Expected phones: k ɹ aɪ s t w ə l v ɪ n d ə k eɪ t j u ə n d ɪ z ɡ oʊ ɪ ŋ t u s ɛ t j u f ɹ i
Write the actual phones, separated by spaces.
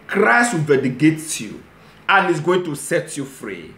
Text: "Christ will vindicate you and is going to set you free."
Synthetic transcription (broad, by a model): k ɹ aɪ s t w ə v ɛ d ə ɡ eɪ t j u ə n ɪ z ɡ oʊ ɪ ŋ t u s ɛ t j u f ɹ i